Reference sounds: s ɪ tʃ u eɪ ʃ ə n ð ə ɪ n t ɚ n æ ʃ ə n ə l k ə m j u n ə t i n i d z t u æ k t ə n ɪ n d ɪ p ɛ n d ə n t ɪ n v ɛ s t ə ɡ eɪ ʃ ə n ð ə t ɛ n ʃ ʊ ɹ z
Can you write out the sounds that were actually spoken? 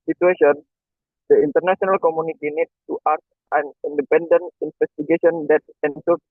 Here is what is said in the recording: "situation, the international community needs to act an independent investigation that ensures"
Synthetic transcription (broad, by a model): s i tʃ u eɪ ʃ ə n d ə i n t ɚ n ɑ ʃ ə n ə l k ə m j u n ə t i n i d t u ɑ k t ə n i n d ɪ p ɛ n d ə n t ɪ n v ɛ s t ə ɡ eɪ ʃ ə n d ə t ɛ n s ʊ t